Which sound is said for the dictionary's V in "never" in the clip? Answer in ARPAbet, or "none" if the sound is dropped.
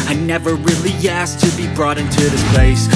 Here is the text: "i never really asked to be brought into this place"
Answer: V